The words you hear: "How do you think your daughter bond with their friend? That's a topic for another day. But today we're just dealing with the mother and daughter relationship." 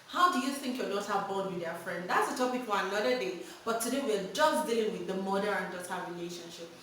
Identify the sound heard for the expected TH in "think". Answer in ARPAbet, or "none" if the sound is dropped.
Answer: TH